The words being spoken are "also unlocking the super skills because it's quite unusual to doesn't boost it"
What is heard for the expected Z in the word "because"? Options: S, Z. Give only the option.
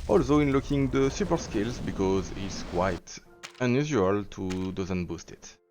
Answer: Z